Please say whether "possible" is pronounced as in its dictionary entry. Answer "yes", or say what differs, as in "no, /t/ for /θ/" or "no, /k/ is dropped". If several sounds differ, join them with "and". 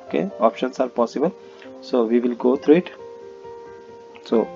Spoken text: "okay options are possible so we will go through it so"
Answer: yes